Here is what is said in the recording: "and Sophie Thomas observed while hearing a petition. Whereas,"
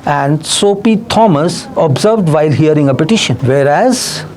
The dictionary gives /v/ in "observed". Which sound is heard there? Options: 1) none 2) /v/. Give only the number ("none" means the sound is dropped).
2